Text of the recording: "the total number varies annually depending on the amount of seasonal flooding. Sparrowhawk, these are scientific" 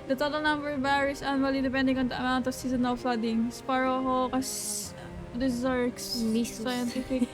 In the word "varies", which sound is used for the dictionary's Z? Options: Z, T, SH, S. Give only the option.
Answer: S